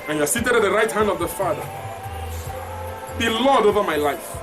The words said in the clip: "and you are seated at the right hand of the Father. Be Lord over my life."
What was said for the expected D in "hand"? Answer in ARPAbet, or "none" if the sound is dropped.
D